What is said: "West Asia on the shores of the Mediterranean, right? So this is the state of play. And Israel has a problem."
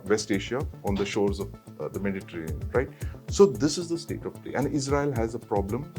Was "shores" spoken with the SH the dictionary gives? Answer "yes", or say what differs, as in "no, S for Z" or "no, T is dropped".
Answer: yes